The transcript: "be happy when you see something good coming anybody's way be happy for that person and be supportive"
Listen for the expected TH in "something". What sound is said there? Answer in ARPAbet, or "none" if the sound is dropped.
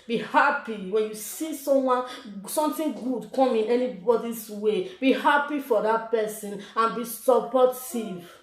T